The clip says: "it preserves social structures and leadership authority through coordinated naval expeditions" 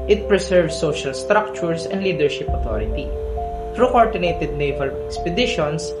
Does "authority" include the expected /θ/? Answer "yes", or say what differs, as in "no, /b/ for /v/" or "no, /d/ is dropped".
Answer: no, /t/ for /θ/